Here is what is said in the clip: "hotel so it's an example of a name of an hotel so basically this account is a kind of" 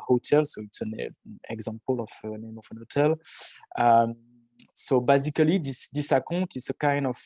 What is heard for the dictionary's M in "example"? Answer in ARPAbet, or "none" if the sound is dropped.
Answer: none